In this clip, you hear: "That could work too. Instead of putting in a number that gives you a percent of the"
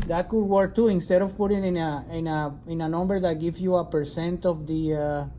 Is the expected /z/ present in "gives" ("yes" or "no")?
no